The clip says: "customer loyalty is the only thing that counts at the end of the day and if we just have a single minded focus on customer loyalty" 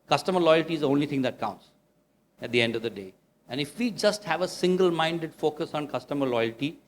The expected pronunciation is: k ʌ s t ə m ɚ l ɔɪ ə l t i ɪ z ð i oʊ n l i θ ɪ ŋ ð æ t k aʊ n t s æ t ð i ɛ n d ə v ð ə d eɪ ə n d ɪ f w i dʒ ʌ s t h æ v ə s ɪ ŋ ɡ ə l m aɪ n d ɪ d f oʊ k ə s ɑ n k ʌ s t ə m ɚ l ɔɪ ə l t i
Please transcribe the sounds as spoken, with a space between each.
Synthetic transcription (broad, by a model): k ʌ s t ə m ɚ l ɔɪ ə l t i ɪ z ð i oʊ n l i t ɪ ŋ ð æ t k aʊ n t s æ t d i ɛ n d ə v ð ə d eɪ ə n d ɪ f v i dʒ ʌ s t h æ v ə s ɪ ŋ ɡ ə l m aɪ n d ɪ d f oʊ k ə s ɑ n k ʌ s t ə m ɚ l ɔɪ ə l t i